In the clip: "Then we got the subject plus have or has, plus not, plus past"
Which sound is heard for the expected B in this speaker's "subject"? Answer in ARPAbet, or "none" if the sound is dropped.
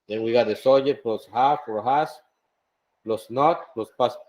none